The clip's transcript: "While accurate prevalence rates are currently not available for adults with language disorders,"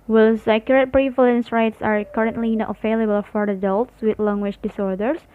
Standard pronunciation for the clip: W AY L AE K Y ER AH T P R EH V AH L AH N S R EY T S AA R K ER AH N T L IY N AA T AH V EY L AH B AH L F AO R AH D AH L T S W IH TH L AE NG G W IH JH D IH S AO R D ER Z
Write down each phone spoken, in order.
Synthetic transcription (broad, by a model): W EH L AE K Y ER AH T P R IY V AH L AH N S R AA T S AA R K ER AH N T L IY N AA T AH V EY L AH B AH L F AO R AH D AH L T S W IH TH L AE NG G W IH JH D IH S AO R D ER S